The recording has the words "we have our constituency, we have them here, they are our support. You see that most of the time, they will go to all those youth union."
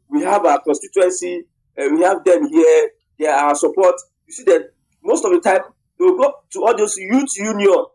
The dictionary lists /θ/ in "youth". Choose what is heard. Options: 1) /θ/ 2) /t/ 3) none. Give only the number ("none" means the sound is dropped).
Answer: 2